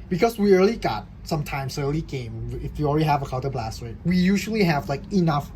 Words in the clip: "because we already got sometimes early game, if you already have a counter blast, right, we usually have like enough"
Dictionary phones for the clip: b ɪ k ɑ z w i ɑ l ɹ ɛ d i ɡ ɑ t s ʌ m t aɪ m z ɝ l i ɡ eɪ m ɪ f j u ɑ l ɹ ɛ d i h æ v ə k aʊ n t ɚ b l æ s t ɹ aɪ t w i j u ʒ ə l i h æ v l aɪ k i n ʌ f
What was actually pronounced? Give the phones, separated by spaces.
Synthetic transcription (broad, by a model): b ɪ k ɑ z w i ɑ l i ɡ ɑ t s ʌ m t aɪ m s ɝ l i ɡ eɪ m ɪ f j u ɑ l ɹ ɛ d i h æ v ə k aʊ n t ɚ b l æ s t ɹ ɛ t w i j u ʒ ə l i h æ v l aɪ k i n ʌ f